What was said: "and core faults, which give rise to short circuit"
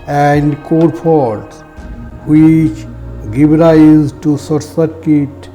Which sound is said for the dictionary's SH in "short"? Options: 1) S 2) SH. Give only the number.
1